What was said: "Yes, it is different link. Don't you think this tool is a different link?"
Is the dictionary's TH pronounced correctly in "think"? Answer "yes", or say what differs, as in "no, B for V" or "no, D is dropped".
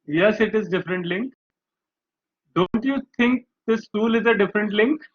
no, T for TH